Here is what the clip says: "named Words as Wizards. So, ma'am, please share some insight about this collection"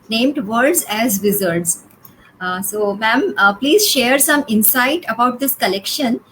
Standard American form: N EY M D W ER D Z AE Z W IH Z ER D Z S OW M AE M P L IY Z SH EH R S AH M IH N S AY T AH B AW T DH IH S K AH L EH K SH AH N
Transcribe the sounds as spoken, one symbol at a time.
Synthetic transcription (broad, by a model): N EY M D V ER D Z AE Z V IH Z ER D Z S OW M AE M P L IY Z SH EH R S AH M IH N S AY T AH B AW T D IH S K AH L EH K SH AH N